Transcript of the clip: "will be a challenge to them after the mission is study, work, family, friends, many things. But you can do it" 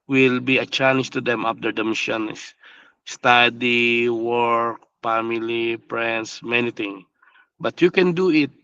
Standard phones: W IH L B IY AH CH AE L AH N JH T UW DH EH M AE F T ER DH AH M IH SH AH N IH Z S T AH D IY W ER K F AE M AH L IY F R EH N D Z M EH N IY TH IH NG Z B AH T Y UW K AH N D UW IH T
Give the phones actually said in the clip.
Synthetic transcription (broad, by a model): W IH L B IY AH CH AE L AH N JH T UW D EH M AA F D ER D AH M IH SH AH N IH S S T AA D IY W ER K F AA M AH L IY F R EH N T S M EH N IY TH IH NG B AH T Y UW K AH N D UW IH T